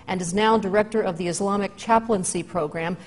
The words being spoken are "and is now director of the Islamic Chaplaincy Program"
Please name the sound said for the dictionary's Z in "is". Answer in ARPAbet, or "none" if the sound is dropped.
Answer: Z